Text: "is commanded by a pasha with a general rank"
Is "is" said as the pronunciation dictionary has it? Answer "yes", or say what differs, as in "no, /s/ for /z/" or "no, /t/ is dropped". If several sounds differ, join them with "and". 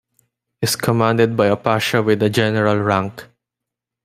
no, /s/ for /z/